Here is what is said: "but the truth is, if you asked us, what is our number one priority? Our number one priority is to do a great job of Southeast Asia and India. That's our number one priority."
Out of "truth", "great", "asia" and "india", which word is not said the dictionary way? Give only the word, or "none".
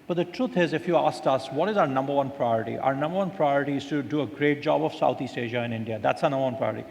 truth